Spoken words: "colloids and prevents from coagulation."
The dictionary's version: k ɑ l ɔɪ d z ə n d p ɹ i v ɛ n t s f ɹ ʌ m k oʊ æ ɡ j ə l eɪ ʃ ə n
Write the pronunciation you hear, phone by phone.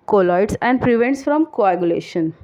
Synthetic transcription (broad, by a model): k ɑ l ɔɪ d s ə n d p ɹ i v ɛ n t s f ɹ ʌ m k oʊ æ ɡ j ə l eɪ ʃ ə n